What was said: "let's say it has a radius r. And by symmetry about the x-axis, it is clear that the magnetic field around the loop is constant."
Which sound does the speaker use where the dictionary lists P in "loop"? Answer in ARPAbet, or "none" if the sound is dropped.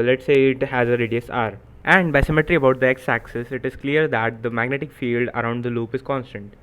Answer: P